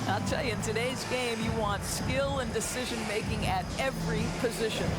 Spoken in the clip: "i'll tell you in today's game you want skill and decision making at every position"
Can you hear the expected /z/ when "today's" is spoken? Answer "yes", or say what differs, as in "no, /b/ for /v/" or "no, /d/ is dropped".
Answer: yes